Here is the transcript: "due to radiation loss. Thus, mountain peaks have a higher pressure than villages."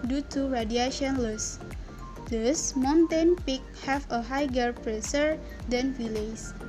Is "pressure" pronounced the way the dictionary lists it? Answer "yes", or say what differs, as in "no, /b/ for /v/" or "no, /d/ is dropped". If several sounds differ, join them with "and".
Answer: no, /s/ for /ʃ/